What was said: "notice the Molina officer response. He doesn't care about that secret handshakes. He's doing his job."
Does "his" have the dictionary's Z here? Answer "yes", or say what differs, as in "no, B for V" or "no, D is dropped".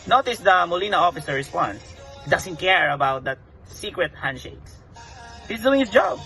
no, S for Z